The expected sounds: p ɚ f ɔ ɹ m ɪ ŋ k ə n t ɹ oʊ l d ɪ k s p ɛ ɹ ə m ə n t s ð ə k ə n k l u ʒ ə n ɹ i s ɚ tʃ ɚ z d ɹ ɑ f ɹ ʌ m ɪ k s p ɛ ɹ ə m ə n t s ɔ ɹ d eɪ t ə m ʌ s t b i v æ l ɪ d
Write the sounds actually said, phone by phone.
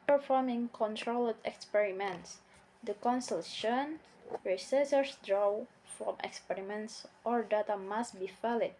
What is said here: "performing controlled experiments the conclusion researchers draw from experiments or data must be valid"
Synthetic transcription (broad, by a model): p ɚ f ɔ ɹ m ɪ ŋ k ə n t ɹ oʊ l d ɪ k s p ɛ ɹ ə m ə n t s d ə k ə n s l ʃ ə n ɹ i s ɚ s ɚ s d ɹ ɑ f ɹ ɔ m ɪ k s p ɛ ɹ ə m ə n t s ɔ ɹ d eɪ t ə m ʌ s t b i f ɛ l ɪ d